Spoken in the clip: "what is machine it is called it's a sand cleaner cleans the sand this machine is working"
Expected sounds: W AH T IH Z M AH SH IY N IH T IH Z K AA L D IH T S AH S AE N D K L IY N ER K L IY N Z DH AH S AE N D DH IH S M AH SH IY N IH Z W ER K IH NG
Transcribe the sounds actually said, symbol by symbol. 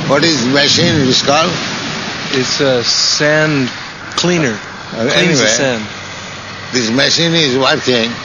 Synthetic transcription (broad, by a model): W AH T IH Z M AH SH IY N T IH S K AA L IH T S AH S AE N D K L IY N ER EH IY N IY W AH S AE N D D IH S M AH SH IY N IH Z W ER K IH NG